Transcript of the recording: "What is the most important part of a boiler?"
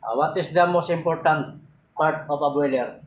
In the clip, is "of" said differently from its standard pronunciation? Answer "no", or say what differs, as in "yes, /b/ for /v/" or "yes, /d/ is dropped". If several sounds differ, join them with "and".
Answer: yes, /p/ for /v/